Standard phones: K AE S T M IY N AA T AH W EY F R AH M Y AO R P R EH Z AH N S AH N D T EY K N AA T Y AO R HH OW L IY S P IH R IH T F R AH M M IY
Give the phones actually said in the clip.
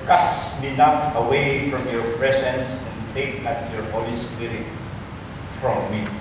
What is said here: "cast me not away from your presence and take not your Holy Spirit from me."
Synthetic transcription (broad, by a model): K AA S M IY N AA T AH W EY F R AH M Y AO R P R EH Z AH N S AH N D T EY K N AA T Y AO R HH OW L IY S P IH R IH T F R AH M M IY